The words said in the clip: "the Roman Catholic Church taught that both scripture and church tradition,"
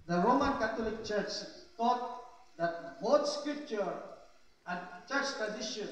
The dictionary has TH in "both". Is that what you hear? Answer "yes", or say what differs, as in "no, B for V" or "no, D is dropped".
no, T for TH